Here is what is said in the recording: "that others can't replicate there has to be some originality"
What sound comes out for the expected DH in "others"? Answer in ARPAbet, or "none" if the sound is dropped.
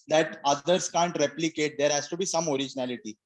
none